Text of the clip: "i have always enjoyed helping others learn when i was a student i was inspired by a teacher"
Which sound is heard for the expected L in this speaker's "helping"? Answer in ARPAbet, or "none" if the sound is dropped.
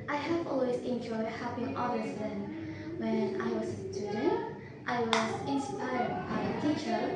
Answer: none